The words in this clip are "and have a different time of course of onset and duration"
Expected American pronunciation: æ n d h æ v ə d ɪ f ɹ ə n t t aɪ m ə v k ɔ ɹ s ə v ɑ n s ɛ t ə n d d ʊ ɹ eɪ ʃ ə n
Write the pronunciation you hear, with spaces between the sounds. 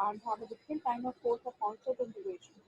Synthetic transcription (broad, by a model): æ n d h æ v ə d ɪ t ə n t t aɪ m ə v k ɔ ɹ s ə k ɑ l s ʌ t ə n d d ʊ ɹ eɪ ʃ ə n